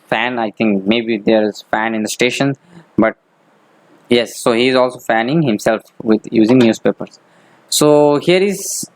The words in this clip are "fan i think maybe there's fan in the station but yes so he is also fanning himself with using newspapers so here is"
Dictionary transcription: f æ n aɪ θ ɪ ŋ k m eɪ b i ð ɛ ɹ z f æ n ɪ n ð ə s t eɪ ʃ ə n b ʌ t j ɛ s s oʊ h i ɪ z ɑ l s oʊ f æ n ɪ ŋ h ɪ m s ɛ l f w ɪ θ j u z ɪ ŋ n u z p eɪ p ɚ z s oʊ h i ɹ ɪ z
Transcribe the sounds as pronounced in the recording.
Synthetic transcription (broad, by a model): f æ n aɪ t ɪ ŋ k m eɪ b i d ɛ ɹ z f æ n ɪ n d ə s t eɪ ʃ ə n b ʌ t j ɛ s s oʊ h i ɪ z ɑ l s oʊ f æ n ɪ ŋ h ɪ m s ɛ l f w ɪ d j u z ɪ ŋ n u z p eɪ p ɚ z s oʊ h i ɹ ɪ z